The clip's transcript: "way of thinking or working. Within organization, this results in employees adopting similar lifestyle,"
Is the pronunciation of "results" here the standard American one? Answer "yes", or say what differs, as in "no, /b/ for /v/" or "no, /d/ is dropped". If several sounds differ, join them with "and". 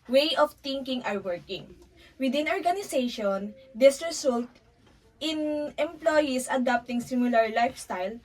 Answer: no, /s/ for /z/ and /s/ is dropped